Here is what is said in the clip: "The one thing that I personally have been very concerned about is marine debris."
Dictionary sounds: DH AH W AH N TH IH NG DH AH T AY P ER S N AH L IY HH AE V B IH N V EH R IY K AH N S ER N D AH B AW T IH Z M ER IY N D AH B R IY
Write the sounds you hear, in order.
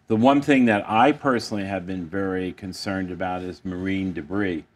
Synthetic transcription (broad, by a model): DH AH W AH N TH IH NG DH AH T AY P ER S N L IY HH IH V B IH N V EH R IY K AH N S ER N D AH B AW T IH Z M ER IY N D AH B R IY